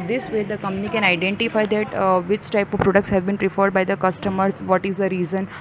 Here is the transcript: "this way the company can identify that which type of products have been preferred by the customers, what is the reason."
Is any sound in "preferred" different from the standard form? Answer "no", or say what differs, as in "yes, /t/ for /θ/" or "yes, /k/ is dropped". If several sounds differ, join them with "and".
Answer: no